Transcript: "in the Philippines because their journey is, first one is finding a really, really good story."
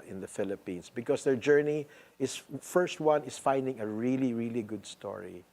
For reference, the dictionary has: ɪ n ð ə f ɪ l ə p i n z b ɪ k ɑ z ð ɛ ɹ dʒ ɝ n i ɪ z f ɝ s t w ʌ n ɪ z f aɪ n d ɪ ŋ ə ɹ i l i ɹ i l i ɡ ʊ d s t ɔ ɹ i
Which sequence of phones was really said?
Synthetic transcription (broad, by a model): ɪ n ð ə f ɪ l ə p i n s b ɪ k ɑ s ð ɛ ɹ dʒ ɝ n i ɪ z f ɝ s t w ʌ n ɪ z f aɪ n d ɪ ŋ ə ɹ i l i ɹ i l i ɡ ʊ d s t ɔ ɹ i